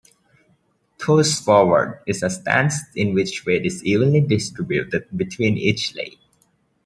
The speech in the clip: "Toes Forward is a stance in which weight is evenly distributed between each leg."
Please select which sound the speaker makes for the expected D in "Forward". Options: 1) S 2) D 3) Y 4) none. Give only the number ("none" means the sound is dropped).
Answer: 2